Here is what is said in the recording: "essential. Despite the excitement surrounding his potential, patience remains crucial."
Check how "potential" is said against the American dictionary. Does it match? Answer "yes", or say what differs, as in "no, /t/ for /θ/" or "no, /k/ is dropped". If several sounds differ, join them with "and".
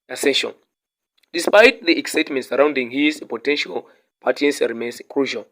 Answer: yes